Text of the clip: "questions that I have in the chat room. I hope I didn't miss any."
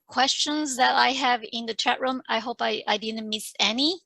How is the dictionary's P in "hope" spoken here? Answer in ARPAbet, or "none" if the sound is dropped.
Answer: P